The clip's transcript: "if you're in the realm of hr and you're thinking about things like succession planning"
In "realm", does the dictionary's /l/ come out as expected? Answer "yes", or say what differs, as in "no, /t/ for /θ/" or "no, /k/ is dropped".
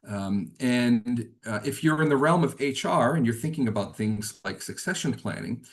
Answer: yes